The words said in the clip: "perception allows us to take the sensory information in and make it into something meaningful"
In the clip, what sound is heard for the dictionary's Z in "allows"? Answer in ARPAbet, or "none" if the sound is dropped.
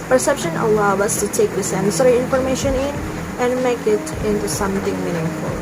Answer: none